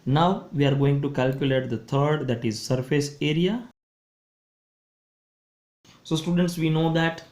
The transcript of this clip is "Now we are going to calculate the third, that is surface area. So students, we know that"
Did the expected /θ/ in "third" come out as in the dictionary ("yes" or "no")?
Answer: no